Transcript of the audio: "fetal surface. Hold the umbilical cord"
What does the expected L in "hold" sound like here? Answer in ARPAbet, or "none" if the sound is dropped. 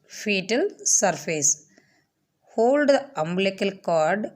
L